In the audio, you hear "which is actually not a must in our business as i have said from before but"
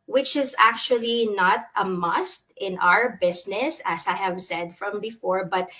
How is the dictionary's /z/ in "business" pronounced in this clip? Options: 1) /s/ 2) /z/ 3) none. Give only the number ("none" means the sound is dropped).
1